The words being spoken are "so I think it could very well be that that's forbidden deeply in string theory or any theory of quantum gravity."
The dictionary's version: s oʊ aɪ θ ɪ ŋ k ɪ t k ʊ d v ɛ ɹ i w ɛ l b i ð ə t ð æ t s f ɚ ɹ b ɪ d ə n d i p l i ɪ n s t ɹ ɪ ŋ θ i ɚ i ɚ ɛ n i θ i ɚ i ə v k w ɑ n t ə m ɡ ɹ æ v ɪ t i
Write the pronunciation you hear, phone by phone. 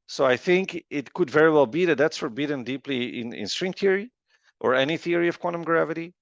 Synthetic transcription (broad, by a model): s oʊ aɪ θ ɪ ŋ k ɪ t k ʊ d v ɛ ɹ i w ɛ l b i ð ə t ð æ t s f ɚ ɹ b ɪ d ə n d i p l i ɪ n s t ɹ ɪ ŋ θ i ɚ i ɚ ɛ n i θ i ɚ i ə v k w ɑ n t ə m ɡ ɹ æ v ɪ t i